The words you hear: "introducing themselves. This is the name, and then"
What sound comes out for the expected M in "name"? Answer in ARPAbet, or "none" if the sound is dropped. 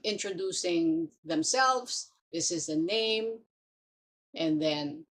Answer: M